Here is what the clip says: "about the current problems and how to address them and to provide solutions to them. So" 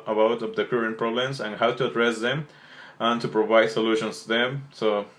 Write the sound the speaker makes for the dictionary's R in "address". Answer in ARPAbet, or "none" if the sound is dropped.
R